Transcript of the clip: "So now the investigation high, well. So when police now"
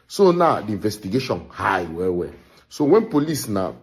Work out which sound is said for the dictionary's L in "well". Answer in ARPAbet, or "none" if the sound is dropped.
W